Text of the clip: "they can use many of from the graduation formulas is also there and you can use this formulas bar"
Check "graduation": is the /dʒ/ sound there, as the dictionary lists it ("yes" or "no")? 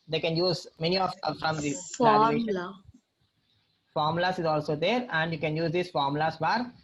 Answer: no